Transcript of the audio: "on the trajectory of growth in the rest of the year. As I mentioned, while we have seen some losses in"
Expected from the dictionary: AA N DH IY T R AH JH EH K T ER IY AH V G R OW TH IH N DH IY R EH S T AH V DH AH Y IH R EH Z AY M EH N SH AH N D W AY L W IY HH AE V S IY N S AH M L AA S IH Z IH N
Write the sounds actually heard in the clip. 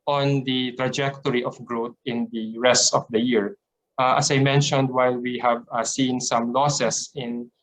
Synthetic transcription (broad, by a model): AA N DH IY T R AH JH EH K T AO IY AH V G R OW T IH N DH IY R EH S T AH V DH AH Y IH R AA S AY M EH N SH AH N D W AY L W IY HH AE V S IY N S AH M L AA S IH S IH N